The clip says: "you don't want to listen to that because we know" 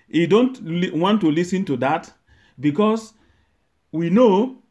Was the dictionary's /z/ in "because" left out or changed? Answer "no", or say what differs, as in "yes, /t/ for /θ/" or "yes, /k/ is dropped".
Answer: yes, /s/ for /z/